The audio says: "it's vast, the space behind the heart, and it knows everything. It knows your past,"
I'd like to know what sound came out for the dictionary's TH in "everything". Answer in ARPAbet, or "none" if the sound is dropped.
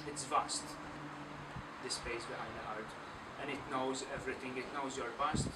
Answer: T